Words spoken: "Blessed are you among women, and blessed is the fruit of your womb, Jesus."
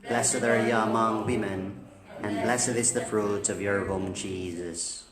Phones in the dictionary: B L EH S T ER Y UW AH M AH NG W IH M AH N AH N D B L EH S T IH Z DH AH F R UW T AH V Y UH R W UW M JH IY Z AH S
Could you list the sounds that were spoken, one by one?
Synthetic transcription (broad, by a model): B L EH S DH ER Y AH M AH NG W IH M AH N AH N B L EH S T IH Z DH AH F R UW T AH V Y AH R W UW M JH IY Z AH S